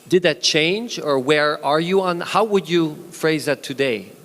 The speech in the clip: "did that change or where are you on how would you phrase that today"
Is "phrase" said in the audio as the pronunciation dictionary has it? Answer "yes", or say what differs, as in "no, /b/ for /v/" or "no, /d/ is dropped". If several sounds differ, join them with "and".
yes